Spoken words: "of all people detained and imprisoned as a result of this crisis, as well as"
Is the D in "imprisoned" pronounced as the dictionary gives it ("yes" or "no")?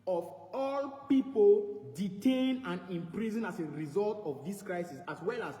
no